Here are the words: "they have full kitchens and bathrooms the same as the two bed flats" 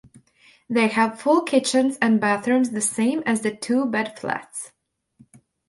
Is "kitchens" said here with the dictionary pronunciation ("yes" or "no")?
yes